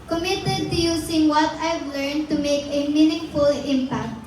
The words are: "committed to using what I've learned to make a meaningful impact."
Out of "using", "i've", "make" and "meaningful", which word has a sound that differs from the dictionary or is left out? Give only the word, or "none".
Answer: using